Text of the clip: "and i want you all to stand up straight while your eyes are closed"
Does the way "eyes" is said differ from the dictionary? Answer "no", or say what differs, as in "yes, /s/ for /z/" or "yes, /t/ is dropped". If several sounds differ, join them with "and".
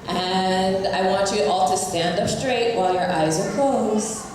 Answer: no